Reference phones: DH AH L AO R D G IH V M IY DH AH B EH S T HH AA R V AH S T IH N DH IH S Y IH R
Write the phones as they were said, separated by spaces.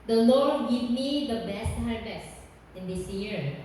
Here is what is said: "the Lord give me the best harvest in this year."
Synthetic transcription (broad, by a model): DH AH L AO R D G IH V M IY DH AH B EH S T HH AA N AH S IH N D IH S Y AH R